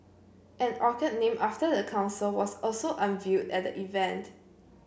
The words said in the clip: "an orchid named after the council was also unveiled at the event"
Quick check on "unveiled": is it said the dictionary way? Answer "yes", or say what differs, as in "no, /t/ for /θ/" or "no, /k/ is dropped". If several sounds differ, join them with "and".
no, /l/ is dropped